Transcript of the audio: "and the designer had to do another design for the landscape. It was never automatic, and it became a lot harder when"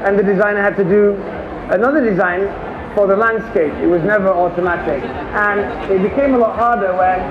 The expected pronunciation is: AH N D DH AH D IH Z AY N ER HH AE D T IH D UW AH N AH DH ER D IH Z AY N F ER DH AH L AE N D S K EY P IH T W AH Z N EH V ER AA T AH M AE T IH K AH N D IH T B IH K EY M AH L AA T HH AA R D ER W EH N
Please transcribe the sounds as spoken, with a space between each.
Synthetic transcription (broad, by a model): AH N DH AH D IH Z AY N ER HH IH D T IH D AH AH N AH DH ER D IH Z AY N F ER DH AH L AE N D S K EY P IH T W AH Z N EH V ER AA T AH M AE T IH K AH N IH T B IH K EY M AH L AA T HH AA R D ER W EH N